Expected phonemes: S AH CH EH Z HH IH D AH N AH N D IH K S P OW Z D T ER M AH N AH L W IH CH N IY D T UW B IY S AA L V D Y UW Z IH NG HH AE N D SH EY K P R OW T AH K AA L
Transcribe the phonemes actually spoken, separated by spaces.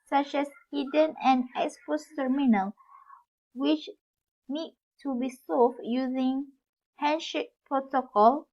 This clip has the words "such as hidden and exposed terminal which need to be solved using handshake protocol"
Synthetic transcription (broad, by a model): S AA CH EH S HH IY D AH N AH N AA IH S F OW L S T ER M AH N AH L W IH CH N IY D T UW B IY S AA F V Y UW Z IH NG HH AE N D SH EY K P R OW T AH K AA L